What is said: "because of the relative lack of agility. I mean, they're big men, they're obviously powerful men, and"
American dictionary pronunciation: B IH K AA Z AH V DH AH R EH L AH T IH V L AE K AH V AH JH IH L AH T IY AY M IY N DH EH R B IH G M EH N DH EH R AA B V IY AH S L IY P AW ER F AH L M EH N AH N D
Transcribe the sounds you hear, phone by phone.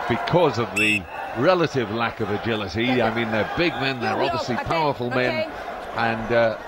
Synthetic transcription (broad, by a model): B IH K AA Z AH V DH AH R EH L AH T IH V L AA K AH V AH JH IH L AH T IY AY M IY N DH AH R B IH G M EH N DH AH R AA B V IY AH S L IY P AW ER F AH L M EH N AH N